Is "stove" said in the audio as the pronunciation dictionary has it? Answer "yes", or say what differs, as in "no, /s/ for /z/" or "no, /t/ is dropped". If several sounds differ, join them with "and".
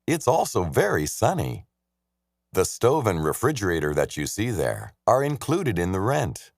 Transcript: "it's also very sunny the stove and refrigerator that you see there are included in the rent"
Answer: yes